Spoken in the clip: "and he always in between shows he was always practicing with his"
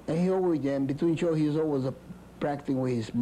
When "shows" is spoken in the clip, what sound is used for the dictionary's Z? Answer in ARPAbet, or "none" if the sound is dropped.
none